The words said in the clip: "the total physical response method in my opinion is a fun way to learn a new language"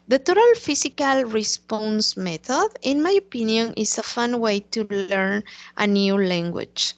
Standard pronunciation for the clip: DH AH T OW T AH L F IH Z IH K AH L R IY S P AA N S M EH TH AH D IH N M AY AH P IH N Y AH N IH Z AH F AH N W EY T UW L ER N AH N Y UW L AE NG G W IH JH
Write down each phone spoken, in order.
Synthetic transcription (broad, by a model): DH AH T OW T AH L F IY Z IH K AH L R IY S P AA N S M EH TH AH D IH N M AY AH P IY N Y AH N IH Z AH F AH N W EY T UW L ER N AH N Y UW L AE NG G W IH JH